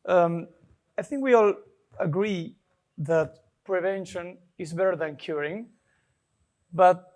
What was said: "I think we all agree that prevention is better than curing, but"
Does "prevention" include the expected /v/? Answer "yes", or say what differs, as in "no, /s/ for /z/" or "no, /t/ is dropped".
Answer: yes